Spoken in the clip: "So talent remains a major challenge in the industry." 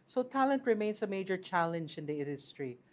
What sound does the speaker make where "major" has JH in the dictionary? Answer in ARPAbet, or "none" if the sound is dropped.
JH